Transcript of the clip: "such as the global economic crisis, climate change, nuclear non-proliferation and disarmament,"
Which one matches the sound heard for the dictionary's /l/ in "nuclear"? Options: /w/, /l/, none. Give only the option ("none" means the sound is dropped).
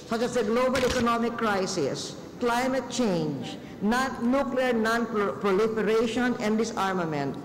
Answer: /l/